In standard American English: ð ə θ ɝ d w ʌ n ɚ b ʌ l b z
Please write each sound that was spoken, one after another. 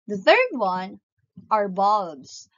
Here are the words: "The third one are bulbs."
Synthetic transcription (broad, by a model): ð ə θ ɝ d w ʌ n ɚ b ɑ b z